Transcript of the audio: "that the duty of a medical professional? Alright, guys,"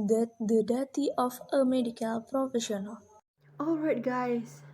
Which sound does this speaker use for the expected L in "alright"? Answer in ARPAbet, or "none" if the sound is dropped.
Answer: L